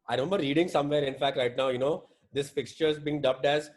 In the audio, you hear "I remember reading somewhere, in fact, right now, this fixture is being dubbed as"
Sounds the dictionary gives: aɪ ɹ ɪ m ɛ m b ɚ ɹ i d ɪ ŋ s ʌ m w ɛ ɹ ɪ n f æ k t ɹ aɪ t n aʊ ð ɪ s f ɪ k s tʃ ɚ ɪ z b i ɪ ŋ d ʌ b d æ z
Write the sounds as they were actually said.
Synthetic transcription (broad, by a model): aɪ ɹ ɪ m ɛ m b ɚ ɹ i d ɪ ŋ s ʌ m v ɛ ɹ ɪ n f æ k t ɹ aɪ t n aʊ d ɪ s f ɪ k s tʃ ɚ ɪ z b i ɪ ŋ d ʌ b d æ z